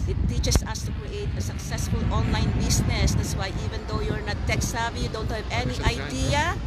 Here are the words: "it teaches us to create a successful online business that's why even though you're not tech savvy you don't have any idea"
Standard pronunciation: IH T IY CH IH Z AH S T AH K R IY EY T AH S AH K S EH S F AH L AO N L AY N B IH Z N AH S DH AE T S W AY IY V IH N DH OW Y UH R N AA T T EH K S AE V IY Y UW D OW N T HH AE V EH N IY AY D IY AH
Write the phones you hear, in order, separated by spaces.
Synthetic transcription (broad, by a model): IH T IY CH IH S AH S T AH K R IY EY T AH S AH K S EH S F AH L AO N L AY N B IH S N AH S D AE T S W AY IY V IH N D OW Y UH R N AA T T EH K S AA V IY Y UW D OW N T HH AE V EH N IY AY D IY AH